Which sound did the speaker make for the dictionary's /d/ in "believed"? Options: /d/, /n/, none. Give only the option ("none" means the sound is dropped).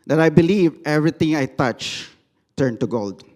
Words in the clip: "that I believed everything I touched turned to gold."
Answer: none